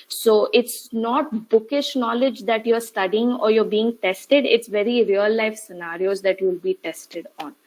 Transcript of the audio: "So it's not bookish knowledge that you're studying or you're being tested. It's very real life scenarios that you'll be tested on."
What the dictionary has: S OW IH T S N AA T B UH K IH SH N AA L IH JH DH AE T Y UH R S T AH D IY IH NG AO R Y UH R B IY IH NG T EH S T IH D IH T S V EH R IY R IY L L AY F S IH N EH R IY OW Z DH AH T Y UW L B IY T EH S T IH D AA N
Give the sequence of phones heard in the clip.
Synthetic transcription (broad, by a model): S OW IH T S N AA T B UH K IH SH N AA L IH JH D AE T Y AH R S T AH D IY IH NG AO R Y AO R B IY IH NG T EH S T IH D IH T S V EH R IY R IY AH L AY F S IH N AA R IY OW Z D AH T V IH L B IY T EH S T IH D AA N